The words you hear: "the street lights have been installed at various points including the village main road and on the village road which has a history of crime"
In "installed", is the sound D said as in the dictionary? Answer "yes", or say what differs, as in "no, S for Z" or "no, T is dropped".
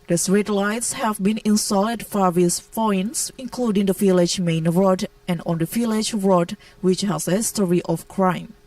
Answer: no, D is dropped